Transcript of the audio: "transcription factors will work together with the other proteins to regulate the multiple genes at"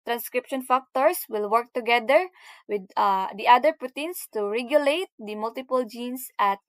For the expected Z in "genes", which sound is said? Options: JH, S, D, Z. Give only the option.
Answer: S